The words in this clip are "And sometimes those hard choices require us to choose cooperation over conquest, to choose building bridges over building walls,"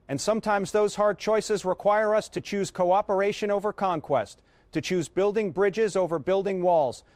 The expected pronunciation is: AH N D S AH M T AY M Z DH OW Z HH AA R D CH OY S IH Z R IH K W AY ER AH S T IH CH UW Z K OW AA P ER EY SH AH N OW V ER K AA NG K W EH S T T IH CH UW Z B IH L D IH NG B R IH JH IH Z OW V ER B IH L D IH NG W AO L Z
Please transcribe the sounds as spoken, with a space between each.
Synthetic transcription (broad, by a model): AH N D S AH M T AY M Z DH OW Z HH AA R D CH OY S IH Z R IH K W AY ER AH S T IH CH UW Z K OW AA P ER EY SH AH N OW V ER K AA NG K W EH S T T IH CH UW Z B IH L D IH NG B R IH JH IH Z OW V ER B IH L D IH NG W AO L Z